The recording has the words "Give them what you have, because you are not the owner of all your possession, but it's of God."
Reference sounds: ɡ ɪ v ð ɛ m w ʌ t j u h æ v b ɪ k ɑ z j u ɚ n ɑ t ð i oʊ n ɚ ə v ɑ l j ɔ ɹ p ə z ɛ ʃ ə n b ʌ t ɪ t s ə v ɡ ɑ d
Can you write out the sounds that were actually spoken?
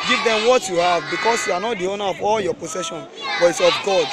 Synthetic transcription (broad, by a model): ɡ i v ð ɛ m w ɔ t j u h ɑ v b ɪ k ɑ s j u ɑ n ɑ t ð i oʊ n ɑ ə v ɑ l j ɔ p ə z ɛ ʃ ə n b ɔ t ɪ t s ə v ɡ ɑ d